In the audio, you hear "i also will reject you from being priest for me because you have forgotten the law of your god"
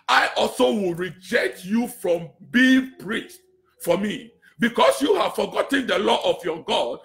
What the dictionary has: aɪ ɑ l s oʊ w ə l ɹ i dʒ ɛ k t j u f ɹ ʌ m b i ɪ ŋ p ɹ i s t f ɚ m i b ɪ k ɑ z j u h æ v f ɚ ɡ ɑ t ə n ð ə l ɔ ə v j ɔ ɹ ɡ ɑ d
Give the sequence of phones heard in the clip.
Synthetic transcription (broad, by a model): aɪ ɑ l s oʊ w ə l ɹ i dʒ ɛ k t j u f ɹ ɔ m b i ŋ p ɹ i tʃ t f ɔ m i b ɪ k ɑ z j u h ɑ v f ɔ ɡ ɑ t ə n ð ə l ɔ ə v j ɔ ɡ ɑ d